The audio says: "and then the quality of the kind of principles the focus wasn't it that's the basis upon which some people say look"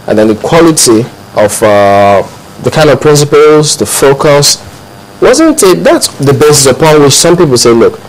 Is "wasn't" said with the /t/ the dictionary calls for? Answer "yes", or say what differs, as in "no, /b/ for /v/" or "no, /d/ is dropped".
yes